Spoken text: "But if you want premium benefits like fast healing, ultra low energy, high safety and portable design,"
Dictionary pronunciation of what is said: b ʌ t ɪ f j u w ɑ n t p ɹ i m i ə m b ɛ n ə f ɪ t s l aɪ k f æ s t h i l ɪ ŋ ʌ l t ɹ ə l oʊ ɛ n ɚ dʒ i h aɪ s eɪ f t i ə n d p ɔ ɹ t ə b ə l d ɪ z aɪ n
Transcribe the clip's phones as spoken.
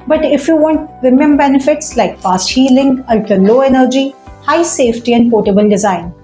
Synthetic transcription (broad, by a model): b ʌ t ɪ f j u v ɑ n t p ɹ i m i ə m b ɛ n ə f ɪ t s l aɪ k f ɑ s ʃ i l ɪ ŋ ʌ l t ə l oʊ ɛ n ɚ dʒ i h aɪ s eɪ f t i ə n d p ɔ t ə b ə l d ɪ z aɪ n